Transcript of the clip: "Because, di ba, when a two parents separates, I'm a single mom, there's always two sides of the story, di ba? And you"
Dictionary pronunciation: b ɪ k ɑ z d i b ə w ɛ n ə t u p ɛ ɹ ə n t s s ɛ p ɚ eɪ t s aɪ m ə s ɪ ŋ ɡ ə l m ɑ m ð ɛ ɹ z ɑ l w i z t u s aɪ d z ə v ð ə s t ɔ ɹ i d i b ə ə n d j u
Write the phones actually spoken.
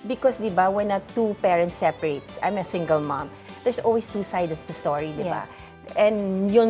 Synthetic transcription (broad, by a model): b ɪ k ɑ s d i b ə w ɛ n ə t u p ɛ ɹ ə n t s s ɛ p ɚ eɪ t s aɪ m ə s ɪ ŋ ɡ ə l m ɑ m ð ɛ ɹ s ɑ l w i s t u s aɪ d ə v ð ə s t ɔ ɹ i d i b ə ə n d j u